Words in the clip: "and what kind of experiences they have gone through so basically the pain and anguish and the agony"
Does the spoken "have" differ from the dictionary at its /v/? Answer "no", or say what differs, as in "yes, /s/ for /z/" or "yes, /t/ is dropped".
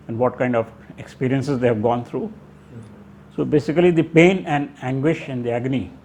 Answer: no